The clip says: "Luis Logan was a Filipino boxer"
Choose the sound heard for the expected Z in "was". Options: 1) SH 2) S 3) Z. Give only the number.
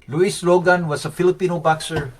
2